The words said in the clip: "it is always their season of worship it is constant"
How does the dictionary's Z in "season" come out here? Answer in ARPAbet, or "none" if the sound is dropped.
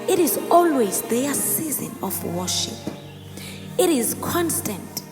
Z